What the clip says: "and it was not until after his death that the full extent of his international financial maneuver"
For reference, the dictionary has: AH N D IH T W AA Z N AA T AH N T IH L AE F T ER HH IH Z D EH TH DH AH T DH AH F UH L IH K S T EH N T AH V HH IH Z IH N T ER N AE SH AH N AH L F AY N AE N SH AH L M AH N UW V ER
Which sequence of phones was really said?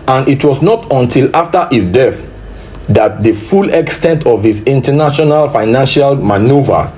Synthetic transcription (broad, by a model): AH N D IH T W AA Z N AA T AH N T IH L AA F T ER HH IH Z D EH TH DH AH T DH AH F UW L IH K S T EH N T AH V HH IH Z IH N T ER N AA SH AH N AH L F AY N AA N SH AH L M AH N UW V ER